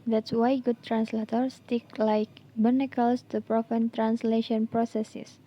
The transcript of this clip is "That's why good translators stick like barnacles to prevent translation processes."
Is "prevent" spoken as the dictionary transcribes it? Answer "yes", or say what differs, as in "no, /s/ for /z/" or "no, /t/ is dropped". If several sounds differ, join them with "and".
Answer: no, /f/ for /v/